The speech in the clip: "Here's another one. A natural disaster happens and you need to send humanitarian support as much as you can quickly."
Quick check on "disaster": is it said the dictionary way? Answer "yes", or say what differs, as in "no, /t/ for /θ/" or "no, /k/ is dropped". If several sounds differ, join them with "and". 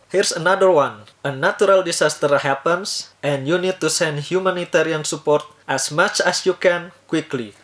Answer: no, /s/ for /z/